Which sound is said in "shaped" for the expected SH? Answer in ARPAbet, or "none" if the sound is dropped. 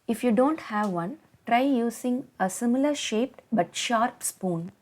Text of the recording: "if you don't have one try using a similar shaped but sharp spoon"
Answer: SH